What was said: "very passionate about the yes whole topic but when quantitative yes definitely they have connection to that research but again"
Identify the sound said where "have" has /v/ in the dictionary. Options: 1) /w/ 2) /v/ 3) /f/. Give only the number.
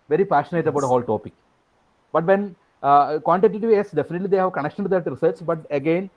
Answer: 2